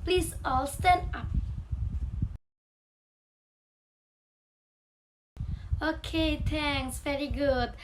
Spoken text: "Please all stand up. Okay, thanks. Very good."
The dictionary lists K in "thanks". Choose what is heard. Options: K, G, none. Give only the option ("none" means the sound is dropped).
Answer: none